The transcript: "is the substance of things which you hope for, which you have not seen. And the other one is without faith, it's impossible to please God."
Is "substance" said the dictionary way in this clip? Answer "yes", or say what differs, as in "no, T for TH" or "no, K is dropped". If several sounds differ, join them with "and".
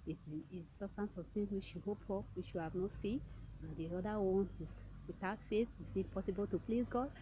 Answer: no, B is dropped